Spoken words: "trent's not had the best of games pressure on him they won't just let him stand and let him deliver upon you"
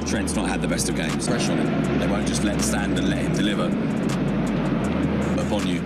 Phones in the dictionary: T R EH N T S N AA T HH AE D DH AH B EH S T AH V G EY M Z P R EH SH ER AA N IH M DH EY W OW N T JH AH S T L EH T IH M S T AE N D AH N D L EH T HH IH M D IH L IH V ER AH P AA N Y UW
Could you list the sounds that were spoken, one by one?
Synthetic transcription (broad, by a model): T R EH N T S N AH T HH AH D DH AH B EH S T AH V G EY M Z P EH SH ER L DH EY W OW N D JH AH S T L EH T S T AE N D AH N L EH T HH IH M D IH L IH V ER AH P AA N Y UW